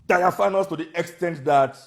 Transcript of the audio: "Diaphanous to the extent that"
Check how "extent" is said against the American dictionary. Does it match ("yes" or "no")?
yes